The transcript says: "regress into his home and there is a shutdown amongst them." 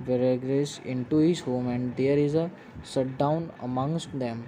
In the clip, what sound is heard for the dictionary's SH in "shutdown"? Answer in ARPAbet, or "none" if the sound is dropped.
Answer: S